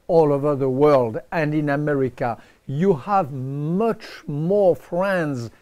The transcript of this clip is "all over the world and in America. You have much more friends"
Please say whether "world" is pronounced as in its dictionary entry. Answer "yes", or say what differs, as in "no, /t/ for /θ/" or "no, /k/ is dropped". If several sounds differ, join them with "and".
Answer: yes